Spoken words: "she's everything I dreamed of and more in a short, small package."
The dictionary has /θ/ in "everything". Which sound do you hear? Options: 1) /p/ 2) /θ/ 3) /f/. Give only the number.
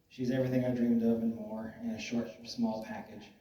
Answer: 2